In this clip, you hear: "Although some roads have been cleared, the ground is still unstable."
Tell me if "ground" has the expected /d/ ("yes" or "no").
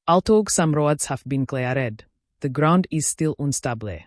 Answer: yes